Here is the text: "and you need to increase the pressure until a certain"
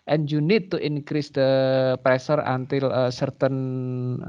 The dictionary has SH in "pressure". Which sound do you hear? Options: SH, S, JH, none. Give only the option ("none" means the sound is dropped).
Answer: S